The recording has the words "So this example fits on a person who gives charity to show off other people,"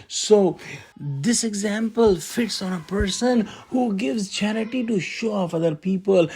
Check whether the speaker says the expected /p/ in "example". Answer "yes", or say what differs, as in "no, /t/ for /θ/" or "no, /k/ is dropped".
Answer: yes